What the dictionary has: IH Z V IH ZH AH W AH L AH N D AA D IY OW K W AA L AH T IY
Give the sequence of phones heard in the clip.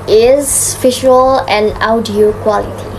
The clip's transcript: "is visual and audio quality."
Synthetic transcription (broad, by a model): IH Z F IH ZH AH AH L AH N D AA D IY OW K W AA L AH T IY